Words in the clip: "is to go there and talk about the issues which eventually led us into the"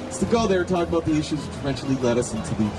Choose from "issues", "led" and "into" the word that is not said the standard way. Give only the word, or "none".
none